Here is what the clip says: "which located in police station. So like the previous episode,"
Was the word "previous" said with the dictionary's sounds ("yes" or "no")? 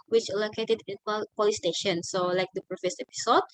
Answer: no